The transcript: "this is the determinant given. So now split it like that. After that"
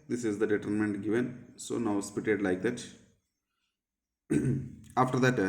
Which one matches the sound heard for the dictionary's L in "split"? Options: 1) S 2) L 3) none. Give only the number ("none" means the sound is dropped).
3